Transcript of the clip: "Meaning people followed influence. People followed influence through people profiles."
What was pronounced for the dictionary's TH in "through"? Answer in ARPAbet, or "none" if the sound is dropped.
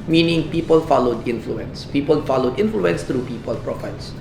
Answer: T